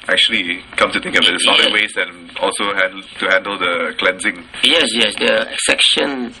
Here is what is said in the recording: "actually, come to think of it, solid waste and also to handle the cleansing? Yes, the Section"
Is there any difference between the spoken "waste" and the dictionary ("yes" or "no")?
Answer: yes